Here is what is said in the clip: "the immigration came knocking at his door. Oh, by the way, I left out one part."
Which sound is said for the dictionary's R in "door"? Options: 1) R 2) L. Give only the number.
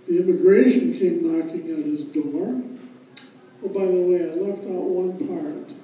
1